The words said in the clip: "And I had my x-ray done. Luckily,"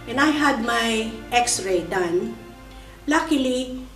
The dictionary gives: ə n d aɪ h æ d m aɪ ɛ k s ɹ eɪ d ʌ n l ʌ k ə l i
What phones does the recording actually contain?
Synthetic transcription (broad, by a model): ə n aɪ h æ d m aɪ ɛ k s ɹ eɪ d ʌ n l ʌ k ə l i